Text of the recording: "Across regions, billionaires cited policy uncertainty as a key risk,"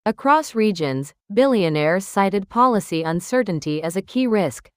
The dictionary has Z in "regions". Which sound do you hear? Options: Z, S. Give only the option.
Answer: Z